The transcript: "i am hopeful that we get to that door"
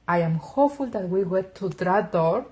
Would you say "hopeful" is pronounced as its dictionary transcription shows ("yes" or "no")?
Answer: no